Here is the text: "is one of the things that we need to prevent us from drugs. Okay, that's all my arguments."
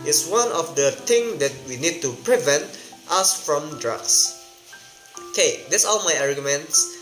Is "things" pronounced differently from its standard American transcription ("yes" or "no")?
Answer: yes